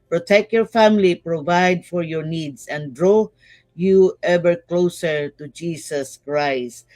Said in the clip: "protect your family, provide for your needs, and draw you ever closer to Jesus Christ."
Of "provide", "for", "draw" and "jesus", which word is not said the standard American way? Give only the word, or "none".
jesus